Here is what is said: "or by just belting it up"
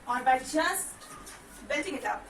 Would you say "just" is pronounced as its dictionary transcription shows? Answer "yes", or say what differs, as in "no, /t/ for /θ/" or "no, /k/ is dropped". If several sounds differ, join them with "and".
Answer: no, /tʃ/ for /dʒ/